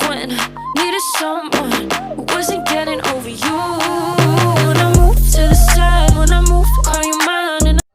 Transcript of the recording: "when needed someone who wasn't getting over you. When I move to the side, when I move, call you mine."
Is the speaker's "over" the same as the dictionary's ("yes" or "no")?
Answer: yes